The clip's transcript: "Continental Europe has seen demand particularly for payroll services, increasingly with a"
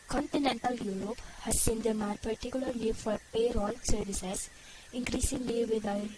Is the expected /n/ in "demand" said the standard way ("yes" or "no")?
no